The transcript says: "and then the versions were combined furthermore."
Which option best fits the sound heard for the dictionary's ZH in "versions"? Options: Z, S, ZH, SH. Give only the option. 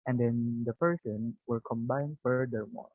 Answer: S